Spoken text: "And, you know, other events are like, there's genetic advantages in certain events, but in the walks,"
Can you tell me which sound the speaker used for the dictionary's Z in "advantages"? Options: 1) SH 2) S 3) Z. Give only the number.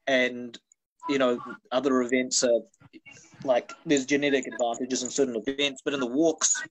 3